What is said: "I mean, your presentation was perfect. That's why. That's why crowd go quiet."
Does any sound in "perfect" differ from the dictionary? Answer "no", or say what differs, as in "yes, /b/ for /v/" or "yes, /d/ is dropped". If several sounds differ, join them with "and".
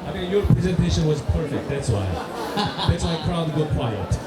no